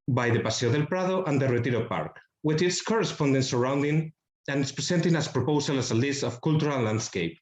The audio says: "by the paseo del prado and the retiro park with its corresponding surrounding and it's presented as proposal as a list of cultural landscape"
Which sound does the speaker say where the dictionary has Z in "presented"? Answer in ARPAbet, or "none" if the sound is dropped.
S